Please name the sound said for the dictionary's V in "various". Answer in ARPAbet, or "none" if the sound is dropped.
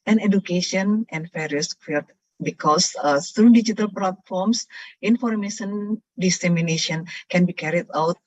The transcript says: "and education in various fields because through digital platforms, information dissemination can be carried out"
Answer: F